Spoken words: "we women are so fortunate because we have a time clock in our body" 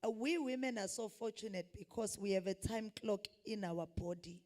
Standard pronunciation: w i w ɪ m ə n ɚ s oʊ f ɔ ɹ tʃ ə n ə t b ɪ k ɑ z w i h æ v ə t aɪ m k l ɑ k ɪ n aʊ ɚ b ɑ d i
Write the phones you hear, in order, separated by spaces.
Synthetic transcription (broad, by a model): w i w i m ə n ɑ s oʊ f ɔ tʃ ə n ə t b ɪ k ɑ s w i h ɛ v ə t aɪ m k l ɑ k ɪ n aʊ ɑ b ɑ d i